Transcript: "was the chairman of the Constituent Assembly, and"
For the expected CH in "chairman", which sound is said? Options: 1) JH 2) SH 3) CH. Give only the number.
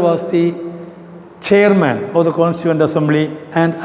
3